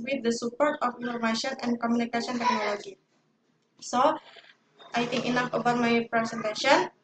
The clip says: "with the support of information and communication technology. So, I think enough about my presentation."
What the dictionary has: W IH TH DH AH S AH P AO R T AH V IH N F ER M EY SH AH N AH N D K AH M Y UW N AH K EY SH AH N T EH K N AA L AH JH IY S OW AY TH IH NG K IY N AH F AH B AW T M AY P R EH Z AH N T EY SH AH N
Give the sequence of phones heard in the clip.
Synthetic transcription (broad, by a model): W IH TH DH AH S AH P AO R T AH F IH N F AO M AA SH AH N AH N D K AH M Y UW N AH K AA S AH N T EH K N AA L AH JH IY S OW AY T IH NG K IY N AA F AH B AW T M AY P R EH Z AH N T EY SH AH N